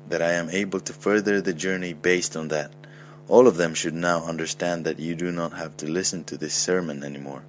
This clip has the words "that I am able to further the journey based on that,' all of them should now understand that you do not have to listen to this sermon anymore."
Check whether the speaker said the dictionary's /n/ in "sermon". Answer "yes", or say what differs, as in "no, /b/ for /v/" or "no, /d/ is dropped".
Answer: yes